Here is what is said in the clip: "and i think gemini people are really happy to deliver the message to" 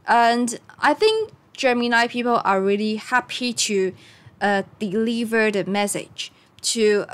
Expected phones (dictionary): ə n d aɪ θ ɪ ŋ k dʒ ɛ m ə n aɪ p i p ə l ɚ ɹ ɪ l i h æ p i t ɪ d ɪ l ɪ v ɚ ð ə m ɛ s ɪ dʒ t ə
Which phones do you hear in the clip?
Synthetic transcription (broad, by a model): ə n aɪ θ ɪ ŋ k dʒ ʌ m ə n aɪ p i p ə l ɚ ɹ ɪ l i h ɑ p i t ɪ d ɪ l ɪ v ɚ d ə m ɛ s ɪ dʒ t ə